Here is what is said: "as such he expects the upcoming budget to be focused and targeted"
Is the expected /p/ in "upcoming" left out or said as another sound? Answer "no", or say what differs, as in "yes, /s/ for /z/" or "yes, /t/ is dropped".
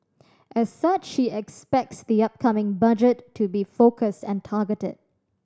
no